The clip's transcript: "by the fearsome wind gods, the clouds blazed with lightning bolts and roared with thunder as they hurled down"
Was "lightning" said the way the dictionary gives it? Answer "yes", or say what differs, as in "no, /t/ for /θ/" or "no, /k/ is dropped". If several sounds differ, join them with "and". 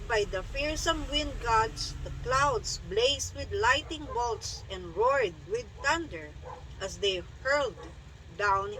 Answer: no, /n/ is dropped